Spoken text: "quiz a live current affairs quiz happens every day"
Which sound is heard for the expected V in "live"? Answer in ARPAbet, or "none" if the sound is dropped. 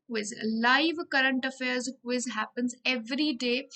V